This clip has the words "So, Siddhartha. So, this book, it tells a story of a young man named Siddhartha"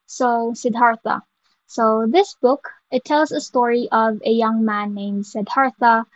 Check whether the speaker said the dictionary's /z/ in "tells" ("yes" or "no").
yes